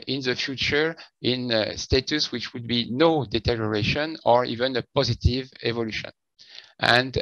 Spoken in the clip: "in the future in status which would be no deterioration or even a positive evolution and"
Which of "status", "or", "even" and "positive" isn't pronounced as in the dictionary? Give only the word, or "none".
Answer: none